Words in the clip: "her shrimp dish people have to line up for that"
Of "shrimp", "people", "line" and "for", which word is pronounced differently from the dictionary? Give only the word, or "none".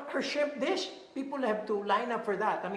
shrimp